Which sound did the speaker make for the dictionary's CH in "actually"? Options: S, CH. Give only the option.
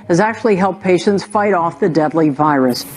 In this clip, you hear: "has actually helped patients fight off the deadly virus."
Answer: CH